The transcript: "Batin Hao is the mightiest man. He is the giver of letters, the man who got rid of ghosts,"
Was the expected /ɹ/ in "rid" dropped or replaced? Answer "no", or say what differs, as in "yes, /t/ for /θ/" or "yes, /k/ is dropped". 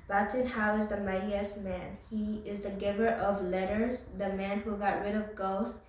no